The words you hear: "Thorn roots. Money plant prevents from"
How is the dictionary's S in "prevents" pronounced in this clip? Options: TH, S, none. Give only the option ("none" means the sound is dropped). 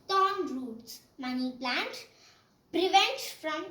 none